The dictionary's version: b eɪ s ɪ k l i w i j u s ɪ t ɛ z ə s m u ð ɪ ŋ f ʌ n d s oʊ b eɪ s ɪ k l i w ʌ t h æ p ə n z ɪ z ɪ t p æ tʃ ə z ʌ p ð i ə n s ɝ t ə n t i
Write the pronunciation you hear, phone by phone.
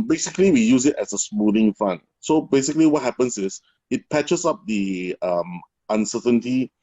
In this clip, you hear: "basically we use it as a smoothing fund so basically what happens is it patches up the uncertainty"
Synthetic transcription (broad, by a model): b eɪ s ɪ k l i w i j u s ɪ t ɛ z ə s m u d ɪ ŋ f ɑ n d s oʊ b eɪ s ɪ k l i w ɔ t h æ p ə n s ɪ s ɪ t p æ tʃ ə s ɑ p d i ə n s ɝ t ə n t i